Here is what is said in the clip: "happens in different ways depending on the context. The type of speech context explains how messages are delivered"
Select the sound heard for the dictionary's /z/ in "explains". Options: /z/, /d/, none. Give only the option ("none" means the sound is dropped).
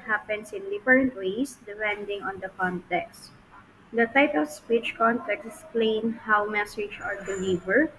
none